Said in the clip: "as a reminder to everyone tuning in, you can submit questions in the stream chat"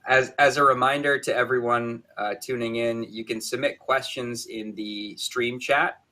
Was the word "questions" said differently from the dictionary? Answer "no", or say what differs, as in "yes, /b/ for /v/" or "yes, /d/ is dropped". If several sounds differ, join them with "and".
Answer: no